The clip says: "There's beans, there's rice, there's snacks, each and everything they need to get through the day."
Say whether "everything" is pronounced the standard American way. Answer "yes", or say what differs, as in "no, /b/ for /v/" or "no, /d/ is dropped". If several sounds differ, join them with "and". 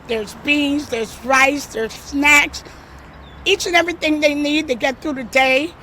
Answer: yes